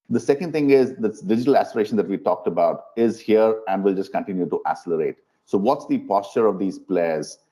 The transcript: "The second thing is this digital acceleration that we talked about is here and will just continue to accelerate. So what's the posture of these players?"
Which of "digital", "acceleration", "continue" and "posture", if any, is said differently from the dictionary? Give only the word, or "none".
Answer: acceleration